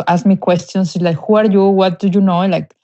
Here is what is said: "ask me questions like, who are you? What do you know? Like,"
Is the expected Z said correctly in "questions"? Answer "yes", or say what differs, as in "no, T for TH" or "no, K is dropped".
no, S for Z